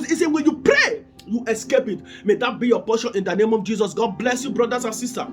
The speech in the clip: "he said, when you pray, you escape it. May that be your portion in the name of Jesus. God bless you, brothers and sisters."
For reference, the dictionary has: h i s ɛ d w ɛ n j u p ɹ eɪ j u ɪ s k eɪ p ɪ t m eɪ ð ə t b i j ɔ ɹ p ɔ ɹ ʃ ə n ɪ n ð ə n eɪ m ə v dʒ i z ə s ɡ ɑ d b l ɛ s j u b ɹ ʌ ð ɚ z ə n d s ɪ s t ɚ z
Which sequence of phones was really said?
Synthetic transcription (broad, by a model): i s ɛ w ɛ n j u p ɹ eɪ j u ɪ s k eɪ p ɪ t m eɪ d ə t b i j ɔ p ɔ ʃ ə n ɪ n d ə n eɪ m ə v dʒ i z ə s ɡ ɑ d b l ɛ s j u b ɹ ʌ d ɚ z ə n s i s t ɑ